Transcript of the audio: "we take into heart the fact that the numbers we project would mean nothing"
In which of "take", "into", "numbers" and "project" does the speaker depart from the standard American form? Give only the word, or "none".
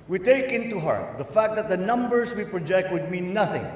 numbers